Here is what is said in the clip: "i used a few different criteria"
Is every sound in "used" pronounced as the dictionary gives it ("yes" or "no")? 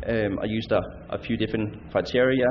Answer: no